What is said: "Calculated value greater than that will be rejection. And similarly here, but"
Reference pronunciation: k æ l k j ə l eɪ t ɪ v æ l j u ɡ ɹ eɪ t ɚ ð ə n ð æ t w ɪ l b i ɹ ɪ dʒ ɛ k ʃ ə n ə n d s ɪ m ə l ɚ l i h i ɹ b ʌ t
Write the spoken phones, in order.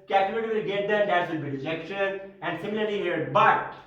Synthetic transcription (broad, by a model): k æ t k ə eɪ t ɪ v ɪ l ɡ eɪ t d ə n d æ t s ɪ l b i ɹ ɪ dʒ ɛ k ʃ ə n ə n d s ɪ m ə l ɚ l i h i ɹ b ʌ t